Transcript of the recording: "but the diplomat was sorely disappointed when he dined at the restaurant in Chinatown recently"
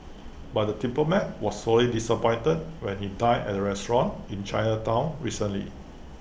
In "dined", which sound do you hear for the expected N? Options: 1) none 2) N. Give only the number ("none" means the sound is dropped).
1